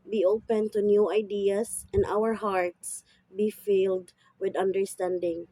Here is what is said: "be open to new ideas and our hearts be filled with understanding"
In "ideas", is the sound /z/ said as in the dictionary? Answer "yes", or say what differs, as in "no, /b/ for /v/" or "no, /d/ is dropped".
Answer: no, /s/ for /z/